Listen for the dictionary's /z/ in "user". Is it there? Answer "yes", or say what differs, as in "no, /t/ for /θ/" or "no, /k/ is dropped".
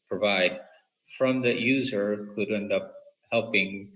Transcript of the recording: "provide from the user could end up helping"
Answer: yes